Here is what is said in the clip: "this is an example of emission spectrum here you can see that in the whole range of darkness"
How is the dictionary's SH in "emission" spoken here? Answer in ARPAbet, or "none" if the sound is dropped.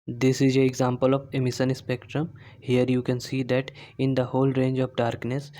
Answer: S